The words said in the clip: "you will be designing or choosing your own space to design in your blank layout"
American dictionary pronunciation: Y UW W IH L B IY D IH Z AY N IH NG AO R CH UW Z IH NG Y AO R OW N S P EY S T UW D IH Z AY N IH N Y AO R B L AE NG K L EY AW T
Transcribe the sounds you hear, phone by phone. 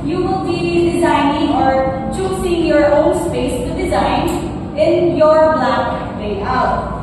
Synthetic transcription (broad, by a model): Y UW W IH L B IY D IH Z AY N IH NG AO R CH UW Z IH NG Y AO R OW N S P EY S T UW D IH Z AY N IH N Y AO R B L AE K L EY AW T